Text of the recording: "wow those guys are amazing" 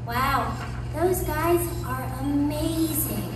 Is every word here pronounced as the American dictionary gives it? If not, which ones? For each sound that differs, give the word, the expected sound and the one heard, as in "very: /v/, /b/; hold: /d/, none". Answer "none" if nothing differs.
none